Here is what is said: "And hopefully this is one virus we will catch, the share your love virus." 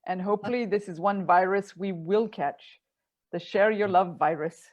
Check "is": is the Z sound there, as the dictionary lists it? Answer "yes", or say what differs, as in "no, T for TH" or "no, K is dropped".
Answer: yes